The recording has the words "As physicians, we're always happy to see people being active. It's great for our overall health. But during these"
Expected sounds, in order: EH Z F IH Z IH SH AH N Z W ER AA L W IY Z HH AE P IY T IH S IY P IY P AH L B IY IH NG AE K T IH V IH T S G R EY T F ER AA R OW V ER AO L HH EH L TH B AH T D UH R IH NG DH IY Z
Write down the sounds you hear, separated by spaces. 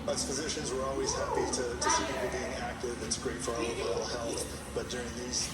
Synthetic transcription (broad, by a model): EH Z F IH Z IH SH AH N Z W ER AA L W IY Z HH AE P IY T IH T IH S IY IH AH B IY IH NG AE K T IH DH IH T S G R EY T F ER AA L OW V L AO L HH EH L TH B AH T D UH R IH NG DH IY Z